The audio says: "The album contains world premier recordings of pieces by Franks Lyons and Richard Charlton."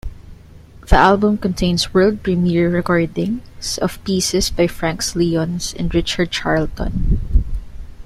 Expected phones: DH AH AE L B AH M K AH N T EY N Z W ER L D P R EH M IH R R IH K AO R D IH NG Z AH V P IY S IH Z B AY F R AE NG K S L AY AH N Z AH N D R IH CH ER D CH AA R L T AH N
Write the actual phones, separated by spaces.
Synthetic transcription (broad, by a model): DH AH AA L B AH M K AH N T EY N S W ER L D P R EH M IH R R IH K AO R D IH NG S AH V P IY S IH S B AY F R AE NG K S L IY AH N S AH N D R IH CH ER D CH AA R L T AH N